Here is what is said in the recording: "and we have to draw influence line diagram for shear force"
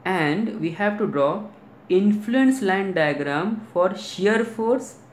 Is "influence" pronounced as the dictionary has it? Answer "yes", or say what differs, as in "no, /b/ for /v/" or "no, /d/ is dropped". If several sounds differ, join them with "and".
yes